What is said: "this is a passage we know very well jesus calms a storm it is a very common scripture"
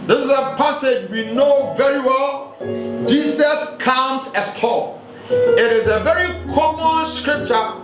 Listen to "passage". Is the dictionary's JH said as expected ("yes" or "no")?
yes